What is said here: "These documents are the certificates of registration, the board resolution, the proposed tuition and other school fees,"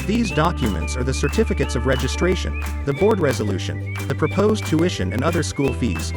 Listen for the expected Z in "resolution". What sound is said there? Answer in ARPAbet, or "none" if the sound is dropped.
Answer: Z